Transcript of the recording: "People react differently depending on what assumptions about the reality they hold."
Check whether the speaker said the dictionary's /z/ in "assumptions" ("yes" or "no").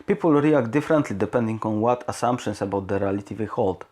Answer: no